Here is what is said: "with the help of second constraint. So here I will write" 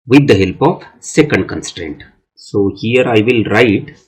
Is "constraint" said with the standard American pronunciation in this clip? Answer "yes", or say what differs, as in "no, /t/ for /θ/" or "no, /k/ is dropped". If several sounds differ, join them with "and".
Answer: yes